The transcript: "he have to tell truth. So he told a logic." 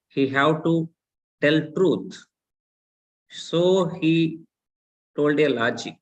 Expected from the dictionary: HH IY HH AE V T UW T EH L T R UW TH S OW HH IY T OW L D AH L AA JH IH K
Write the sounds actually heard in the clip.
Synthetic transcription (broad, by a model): HH IY HH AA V T UW T EH L T R UW T S OW HH IY T OW L D AH L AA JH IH